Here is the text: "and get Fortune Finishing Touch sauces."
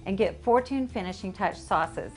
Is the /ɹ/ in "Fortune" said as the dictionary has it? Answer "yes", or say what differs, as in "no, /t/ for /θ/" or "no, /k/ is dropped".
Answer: yes